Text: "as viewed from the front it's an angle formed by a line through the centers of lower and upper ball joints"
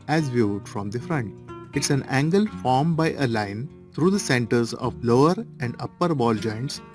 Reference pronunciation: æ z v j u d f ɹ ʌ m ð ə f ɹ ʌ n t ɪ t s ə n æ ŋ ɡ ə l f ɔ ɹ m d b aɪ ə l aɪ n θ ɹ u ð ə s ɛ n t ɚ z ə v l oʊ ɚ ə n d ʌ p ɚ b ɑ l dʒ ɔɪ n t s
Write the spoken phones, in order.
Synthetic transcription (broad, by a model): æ z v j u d f ɹ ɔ m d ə f ɹ ʌ n t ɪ t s ə n æ ŋ ɡ ə l f ɔ ɹ m b aɪ ə l aɪ n t ɹ u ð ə s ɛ n t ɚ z ə v l oʊ ɚ ə n d ʌ p ɚ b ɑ l dʒ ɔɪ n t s